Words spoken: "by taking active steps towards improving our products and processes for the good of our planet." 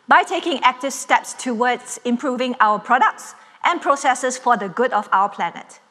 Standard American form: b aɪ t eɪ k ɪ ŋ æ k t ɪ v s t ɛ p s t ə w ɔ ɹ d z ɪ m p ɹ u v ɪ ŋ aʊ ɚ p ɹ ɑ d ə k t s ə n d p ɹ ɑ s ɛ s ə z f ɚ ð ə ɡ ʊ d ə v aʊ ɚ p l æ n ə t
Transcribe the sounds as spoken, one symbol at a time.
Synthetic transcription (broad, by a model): b aɪ t eɪ k ɪ ŋ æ k t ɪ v s t ɛ p s t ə w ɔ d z ɪ m p ɹ u v ɪ ŋ aʊ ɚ p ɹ ɑ d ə k t s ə n p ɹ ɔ s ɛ s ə s f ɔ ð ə ɡ ʊ d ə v aʊ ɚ p l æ n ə t